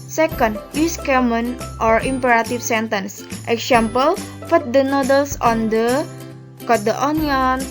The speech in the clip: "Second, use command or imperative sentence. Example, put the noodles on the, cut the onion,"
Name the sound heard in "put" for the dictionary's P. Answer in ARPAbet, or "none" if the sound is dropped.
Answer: F